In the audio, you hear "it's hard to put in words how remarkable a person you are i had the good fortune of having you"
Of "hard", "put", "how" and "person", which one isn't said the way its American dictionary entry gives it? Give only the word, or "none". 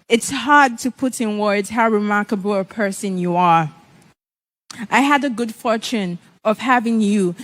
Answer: none